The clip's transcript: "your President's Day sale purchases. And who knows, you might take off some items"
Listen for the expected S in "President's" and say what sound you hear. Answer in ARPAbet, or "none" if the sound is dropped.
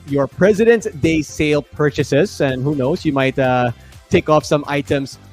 none